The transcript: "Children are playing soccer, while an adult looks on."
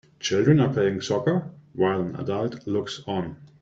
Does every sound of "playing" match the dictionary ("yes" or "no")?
no